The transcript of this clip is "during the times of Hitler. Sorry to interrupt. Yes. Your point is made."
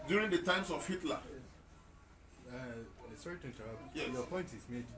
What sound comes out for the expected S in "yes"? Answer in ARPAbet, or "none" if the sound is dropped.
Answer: none